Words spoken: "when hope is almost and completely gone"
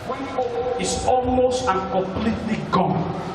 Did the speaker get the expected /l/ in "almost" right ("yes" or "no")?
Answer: yes